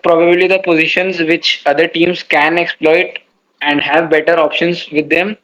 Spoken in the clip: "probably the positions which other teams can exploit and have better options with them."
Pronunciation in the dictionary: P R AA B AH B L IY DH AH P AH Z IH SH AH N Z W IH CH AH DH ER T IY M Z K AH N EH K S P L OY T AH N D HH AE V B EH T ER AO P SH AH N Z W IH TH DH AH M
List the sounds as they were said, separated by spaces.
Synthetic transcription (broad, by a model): P R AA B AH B L IY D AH P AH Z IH SH AH N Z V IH CH AH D ER T IY M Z K AH N EH K S P L OY T AH N D HH AE V B EH T ER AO P SH AH N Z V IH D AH M